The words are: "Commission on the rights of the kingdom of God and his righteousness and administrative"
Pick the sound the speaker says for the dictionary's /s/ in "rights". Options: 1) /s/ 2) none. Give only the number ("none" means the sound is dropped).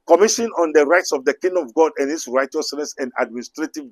1